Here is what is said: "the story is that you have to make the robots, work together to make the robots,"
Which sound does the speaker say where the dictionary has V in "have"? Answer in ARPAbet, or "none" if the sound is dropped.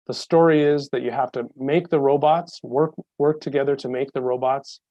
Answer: F